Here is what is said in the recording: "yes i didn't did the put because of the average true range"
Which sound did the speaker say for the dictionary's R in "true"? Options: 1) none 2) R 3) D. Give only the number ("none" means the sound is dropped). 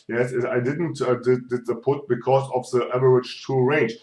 1